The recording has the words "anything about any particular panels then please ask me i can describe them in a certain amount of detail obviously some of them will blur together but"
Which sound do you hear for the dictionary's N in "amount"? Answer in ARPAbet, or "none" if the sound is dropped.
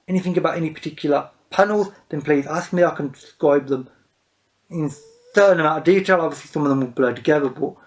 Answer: none